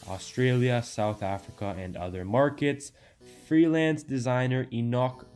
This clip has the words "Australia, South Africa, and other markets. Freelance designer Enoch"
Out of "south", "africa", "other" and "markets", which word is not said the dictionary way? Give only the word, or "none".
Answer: none